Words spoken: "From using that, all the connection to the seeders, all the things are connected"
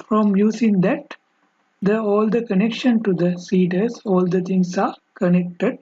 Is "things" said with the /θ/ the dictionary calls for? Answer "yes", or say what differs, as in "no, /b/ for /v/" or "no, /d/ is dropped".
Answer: no, /t/ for /θ/